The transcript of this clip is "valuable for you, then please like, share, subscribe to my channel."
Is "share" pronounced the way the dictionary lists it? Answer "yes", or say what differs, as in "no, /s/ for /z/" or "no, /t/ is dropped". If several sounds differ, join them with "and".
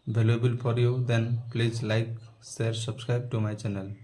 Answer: no, /s/ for /ʃ/